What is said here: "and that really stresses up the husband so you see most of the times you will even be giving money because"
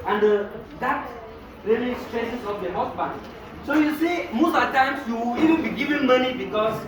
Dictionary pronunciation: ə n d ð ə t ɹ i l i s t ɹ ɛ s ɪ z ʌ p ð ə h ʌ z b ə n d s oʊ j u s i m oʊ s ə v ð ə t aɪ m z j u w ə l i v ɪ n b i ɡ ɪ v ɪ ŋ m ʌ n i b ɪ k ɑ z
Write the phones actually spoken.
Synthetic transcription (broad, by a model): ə n d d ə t ɹ i l i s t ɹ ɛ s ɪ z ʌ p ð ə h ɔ s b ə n s oʊ j u s i m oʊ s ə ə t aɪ m s j u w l i v ɪ n b i ɡ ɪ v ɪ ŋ m ʌ n i b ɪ k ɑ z